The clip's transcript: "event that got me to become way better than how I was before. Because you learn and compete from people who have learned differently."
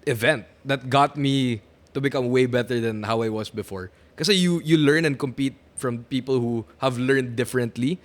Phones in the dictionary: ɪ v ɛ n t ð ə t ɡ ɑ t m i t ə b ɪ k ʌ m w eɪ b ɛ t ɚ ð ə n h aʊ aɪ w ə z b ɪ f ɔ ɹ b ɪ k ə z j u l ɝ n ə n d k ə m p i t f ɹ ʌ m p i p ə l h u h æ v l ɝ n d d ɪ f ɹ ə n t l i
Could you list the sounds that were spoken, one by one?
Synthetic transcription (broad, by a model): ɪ v ɛ n t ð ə t ɡ ɑ t m i t ə b ɪ k ʌ m w eɪ b ɛ t ɚ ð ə n h aʊ aɪ w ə s b ɪ f ɔ ɹ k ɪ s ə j j u l ɝ n ə n d k ə m p i t f ɹ ʌ m p i p ə l h u h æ v l ɝ n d d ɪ f ɹ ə n t l i